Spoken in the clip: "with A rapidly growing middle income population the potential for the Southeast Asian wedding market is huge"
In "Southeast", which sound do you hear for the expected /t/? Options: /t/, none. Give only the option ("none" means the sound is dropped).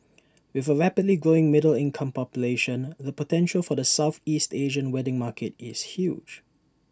/t/